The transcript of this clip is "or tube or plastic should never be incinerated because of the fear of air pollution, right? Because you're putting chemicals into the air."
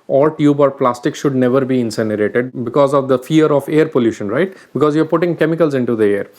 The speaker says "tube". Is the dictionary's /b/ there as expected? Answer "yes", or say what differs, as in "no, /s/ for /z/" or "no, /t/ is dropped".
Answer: yes